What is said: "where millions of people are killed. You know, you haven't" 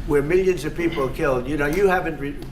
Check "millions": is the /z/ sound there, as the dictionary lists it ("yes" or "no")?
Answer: yes